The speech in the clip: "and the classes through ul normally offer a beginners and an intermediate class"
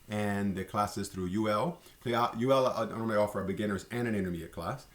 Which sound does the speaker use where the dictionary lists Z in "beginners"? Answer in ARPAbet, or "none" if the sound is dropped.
Z